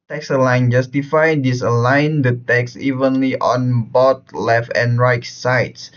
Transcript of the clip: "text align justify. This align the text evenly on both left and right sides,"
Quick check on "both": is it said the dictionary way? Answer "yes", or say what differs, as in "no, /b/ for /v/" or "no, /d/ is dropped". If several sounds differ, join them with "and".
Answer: no, /t/ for /θ/